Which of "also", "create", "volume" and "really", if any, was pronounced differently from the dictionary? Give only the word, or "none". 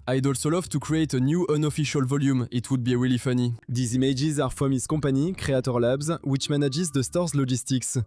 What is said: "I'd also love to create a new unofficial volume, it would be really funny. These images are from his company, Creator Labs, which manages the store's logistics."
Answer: really